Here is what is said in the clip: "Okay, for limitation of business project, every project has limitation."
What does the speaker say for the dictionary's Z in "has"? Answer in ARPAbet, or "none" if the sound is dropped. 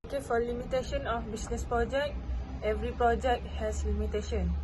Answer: S